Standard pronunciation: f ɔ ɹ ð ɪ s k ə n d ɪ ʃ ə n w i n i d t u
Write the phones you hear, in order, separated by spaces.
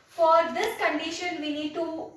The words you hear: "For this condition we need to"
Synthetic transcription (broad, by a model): f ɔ ɹ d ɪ s k ə n d ɪ ʃ ə n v i n i d t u